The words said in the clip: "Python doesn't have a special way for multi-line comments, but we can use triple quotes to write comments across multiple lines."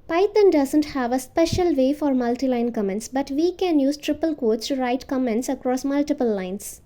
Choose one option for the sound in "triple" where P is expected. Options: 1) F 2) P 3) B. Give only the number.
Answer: 2